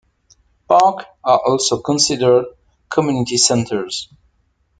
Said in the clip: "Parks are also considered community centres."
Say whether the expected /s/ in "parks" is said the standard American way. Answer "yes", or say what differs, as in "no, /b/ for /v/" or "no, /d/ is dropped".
no, /s/ is dropped